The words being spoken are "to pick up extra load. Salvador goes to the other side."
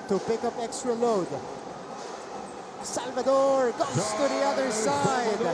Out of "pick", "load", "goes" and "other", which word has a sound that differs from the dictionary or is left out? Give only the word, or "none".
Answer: goes